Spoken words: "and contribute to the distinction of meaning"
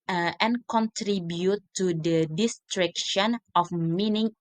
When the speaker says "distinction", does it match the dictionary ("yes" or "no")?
no